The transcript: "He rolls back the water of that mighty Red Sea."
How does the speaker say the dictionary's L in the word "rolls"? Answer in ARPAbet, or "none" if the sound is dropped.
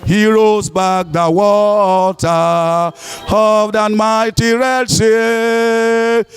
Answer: none